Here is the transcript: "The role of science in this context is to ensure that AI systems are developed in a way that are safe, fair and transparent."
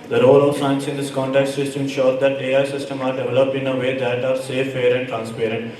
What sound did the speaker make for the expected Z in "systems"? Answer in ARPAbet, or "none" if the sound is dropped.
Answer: none